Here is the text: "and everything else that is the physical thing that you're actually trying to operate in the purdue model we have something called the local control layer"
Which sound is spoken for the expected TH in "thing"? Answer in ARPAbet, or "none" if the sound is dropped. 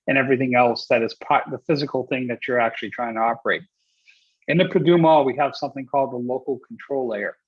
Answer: TH